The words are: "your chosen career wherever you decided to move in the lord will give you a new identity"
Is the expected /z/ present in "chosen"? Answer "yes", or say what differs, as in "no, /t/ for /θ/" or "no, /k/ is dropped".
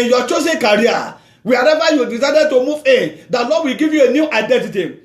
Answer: no, /s/ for /z/